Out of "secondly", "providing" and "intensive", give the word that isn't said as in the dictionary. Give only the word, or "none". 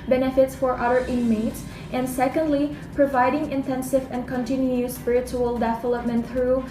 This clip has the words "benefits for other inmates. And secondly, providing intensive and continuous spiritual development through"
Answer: none